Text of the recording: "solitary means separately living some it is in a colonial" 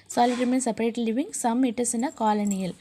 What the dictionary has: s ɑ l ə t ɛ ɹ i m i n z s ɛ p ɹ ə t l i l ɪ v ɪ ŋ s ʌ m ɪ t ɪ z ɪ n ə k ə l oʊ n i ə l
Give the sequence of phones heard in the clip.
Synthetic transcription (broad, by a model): s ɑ l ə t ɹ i m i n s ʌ p ə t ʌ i l ɪ v ɪ ŋ s ʌ m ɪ t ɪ s ɪ n ə k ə l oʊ n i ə l